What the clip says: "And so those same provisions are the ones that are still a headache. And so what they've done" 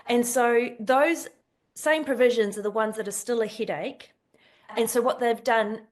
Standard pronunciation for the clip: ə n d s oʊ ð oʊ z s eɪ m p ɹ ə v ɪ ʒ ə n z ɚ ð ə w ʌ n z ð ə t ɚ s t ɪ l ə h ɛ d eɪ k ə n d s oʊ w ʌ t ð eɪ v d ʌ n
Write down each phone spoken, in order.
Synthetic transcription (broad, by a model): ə n s oʊ ð oʊ z s eɪ m p ɹ ə v ɪ ʒ ə n z ɚ ð ə w ʌ n z ð ə t ɚ s t ɪ l ə h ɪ d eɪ k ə n s oʊ w ʌ t ð eɪ v d ʌ n